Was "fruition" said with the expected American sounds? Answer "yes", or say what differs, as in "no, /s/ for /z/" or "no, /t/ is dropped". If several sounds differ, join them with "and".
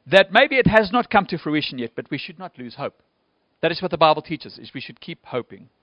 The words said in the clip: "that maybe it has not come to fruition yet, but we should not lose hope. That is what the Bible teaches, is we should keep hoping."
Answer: yes